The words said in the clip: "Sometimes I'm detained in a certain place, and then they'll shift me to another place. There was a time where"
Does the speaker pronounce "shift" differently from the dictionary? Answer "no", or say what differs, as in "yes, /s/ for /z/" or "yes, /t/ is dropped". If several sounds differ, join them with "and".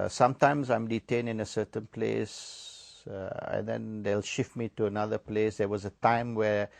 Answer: no